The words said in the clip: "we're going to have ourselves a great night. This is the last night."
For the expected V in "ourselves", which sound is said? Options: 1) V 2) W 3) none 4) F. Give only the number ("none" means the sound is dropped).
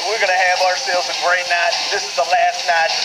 3